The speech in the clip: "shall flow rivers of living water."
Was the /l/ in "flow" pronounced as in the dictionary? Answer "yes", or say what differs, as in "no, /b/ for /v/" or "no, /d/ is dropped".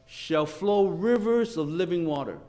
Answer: yes